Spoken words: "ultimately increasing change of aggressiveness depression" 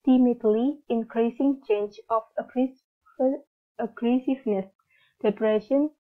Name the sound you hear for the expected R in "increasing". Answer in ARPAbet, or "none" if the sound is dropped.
R